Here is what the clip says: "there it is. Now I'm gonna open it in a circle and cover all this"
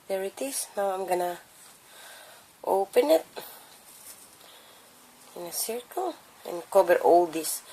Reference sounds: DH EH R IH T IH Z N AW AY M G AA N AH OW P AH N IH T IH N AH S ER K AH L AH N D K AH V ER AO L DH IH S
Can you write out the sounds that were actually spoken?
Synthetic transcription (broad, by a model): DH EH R IH T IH S N AW AY M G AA N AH OW P AH N IH T IH N AH S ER K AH L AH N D K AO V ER AO L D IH S